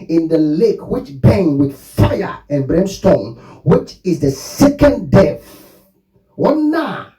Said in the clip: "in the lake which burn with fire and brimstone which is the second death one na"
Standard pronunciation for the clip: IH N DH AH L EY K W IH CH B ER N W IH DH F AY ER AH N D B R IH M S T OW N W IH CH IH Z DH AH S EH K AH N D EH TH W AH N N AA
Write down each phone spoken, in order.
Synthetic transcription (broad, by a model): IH N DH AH L EY K W IH CH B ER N W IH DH F AY ER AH N B R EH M S T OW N W IH CH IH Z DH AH S EH K AH N D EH F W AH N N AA